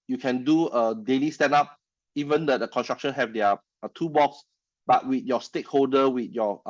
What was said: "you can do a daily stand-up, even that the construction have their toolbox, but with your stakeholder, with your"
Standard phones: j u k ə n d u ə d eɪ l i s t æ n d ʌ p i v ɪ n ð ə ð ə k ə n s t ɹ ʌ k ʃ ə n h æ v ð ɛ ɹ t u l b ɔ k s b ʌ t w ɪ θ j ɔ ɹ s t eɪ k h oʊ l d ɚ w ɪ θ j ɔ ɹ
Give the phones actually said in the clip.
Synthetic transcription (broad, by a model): j u k ə n d u ə d eɪ l i s t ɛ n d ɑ p i v ɪ n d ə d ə k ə n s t ɹ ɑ k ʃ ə n h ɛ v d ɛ t u b ɔ k s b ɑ t w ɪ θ j ɔ s t eɪ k h oʊ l d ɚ w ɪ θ j ɔ